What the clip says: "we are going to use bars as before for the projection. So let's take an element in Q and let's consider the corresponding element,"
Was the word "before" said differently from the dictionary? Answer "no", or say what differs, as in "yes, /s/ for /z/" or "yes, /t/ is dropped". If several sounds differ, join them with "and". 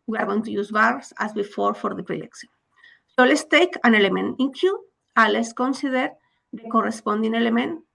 no